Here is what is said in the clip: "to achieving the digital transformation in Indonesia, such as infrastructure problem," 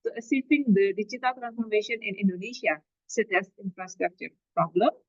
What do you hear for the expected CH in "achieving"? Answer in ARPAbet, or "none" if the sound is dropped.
S